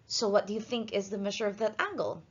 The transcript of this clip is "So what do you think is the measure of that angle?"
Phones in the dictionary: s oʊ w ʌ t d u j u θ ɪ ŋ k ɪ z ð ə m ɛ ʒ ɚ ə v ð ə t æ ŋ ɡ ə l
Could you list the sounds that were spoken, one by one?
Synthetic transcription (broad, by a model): s oʊ w ʌ t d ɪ j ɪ θ ɪ ŋ k ɪ z ð ə m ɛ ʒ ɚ ə v ð ə t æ ŋ ɡ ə l